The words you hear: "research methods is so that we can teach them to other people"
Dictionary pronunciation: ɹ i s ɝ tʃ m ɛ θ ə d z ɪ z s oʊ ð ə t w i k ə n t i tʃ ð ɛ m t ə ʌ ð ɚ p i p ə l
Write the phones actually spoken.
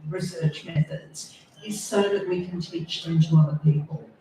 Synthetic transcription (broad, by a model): ɹ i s ɝ tʃ m ɛ θ ə d z ɪ z s oʊ ð ə t w i k ə n t i tʃ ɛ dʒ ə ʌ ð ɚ p i p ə l